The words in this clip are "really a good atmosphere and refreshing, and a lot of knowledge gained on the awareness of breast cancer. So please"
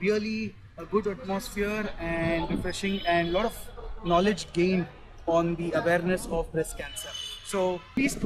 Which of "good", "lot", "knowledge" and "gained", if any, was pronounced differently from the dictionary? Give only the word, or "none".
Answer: gained